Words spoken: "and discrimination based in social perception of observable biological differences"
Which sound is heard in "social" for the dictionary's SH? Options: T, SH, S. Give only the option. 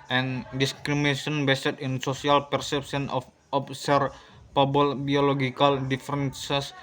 S